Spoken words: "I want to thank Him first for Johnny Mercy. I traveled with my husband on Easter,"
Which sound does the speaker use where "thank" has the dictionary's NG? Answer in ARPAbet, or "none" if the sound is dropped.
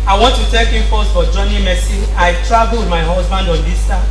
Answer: none